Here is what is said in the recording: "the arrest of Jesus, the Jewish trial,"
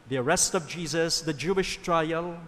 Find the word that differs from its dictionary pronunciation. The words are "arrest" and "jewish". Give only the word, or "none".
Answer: none